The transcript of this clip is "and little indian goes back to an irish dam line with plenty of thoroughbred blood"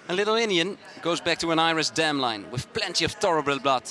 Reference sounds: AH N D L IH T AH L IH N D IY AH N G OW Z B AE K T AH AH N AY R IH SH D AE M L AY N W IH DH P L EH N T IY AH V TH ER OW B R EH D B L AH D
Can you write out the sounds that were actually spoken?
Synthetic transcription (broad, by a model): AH L IH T L IH N D IY AH N G OW Z B AE K T AH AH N AY R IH S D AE M L AY N W IH DH P L EH N T IY AH V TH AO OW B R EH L B L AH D